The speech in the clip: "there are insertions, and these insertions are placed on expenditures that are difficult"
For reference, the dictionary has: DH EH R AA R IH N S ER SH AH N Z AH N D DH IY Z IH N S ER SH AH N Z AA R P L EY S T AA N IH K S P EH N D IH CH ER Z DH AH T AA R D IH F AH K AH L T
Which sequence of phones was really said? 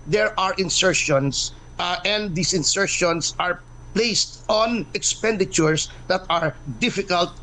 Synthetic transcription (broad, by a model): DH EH R AA R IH N S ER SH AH N S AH N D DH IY S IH N S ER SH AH N S AA R P L EY S T AA N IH K S P EH N D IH CH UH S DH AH T AA R D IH F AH K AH L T